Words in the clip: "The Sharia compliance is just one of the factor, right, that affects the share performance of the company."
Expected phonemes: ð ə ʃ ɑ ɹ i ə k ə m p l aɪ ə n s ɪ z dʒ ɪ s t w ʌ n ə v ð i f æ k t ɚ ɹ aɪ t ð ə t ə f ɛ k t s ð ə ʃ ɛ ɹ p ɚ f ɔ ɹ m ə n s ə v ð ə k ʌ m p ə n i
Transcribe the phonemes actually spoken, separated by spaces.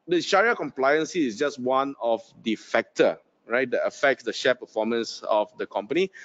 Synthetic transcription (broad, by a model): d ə ʃ ɑ ɹ i ə k ə m p l aɪ ə n s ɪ s dʒ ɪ s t w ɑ n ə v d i f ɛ k t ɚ ɹ aɪ t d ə t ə f ɛ k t s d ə ʃ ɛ p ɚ f ɔ m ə n s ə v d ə k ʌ m p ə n i